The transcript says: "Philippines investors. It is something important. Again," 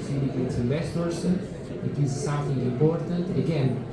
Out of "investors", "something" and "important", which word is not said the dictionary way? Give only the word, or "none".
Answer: investors